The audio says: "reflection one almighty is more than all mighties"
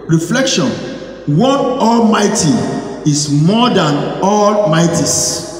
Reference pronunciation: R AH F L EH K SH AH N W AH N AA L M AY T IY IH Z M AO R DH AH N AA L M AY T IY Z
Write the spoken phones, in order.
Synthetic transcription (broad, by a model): R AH F L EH K SH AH N W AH N AA L M AY T IY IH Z M AO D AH N AA L M AY T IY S